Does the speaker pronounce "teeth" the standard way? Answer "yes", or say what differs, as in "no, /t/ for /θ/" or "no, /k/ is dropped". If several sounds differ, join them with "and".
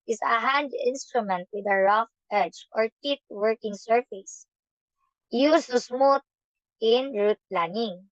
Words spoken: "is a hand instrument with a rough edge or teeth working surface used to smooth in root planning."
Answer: no, /t/ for /θ/